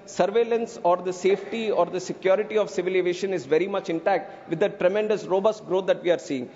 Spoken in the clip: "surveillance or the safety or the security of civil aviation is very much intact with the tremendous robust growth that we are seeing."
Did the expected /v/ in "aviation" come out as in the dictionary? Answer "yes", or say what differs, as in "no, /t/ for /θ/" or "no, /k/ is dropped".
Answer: no, /v/ is dropped